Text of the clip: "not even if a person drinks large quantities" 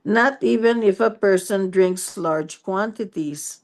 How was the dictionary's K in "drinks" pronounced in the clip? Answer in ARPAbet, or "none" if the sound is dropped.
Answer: K